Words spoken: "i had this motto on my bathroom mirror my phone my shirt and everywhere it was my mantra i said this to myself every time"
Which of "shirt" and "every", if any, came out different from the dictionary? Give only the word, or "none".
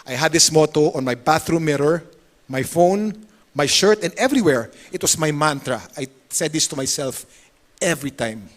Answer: none